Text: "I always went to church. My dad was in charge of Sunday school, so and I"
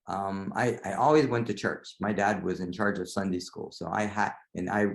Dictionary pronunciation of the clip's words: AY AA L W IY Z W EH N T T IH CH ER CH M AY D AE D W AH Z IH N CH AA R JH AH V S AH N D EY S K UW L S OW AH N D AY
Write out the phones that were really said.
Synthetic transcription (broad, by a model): AY AA L W IY Z W EH N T T IH CH ER CH M AY D AE D W AH Z IH N CH AA R JH AH V S AH N D EY S K UW L S OW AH N AY